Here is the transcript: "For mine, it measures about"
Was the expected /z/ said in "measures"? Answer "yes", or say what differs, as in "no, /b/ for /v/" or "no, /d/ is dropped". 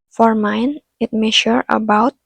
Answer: no, /z/ is dropped